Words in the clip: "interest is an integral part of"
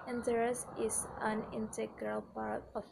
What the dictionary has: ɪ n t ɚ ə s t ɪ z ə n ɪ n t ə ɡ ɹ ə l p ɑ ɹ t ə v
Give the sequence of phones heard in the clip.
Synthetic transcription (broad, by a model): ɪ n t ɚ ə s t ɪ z ə n ɪ n t ə ɡ ɹ ə l p ɑ ɹ t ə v